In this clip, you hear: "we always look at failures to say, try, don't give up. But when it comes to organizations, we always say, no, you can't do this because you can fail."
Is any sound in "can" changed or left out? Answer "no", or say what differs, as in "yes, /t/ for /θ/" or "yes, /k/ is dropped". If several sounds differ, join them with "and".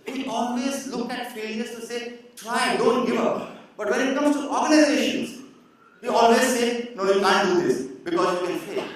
yes, /l/ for /n/